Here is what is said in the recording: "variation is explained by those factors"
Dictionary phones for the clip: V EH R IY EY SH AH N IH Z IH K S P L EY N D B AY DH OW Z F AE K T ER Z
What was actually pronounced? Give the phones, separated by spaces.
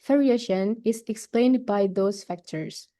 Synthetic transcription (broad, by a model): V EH R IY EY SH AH N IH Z IH K S P L EY N D B AY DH OW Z F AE K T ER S